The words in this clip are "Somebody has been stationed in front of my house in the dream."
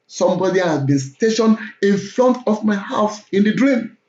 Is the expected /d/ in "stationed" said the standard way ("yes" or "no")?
no